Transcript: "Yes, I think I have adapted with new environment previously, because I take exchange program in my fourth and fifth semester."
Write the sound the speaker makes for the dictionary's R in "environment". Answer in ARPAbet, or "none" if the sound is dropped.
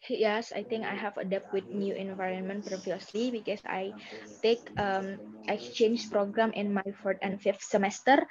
R